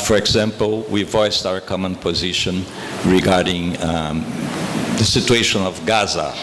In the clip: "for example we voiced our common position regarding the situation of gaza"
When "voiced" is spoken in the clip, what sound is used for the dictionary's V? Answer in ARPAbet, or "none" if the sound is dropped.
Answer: V